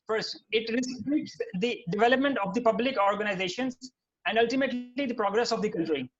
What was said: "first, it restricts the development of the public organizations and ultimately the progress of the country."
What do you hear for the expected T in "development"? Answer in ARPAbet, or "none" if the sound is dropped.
T